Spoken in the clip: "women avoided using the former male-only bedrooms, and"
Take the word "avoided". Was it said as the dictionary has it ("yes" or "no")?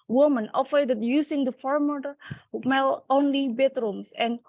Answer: no